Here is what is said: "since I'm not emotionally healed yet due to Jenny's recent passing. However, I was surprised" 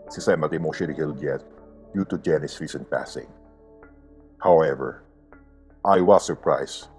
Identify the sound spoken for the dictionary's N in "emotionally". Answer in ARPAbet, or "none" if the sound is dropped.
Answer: none